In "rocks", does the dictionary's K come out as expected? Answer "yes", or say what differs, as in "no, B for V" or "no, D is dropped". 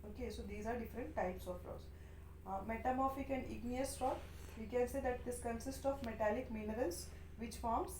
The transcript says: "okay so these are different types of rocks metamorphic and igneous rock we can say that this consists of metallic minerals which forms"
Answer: no, K is dropped